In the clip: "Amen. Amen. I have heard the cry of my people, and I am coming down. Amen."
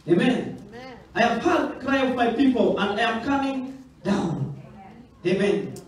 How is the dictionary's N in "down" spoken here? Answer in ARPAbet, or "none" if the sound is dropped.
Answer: N